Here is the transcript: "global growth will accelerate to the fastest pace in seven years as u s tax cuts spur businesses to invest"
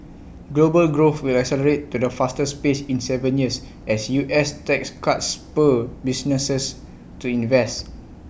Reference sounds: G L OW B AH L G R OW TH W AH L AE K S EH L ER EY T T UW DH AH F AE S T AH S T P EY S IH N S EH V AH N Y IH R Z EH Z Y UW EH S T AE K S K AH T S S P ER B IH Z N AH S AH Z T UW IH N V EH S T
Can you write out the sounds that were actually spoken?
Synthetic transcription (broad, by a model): G L OW B AH L G R OW TH W AH L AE K S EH L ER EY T T UW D AH F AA S T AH S P EY S IH N S EH V AH N Y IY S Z EH S Y UW EH S T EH K S K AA T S S P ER B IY S N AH S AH S T UW IH N V EH S T